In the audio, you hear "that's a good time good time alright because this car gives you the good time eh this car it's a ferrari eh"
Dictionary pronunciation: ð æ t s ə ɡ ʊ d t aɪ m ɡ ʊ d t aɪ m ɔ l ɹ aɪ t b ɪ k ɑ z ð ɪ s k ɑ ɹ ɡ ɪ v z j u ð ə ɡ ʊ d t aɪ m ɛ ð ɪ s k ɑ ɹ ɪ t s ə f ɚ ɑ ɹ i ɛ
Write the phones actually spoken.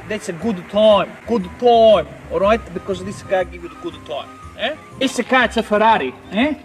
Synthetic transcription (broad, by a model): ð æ t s ə ɡ ʊ d t aɪ m ɡ ʊ d t aɪ m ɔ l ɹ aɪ t b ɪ k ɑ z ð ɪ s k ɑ ɡ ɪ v j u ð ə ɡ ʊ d t aɪ m ɛ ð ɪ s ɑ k ɪ t s ə f ɚ ɑ ɹ i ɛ